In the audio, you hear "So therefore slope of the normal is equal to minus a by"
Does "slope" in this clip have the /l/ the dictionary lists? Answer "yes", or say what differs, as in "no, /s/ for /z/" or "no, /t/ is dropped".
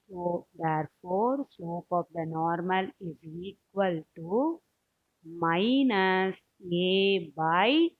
no, /l/ is dropped